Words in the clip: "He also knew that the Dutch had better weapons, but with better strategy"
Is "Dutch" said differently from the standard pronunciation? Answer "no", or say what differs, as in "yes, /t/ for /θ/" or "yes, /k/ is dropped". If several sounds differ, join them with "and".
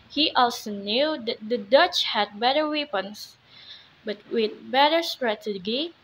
no